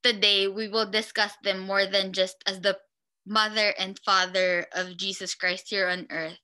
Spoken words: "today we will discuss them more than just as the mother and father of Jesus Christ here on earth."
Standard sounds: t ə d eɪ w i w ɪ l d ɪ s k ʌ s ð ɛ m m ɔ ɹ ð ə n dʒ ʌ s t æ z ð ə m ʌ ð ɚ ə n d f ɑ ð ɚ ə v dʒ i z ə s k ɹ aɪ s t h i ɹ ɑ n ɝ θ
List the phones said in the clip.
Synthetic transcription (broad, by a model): t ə d eɪ w i w ɪ l d ɪ s k ʌ s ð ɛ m m ɔ ɹ ð ə n dʒ ʌ s t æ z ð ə m ʌ ð ɚ ə n d f ɑ ð ɚ ə v dʒ i s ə s k ɹ aɪ s t h i ɹ ɑ n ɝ θ